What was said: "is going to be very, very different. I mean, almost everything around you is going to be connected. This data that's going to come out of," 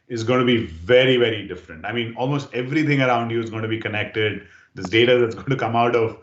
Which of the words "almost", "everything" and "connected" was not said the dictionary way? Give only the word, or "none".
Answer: everything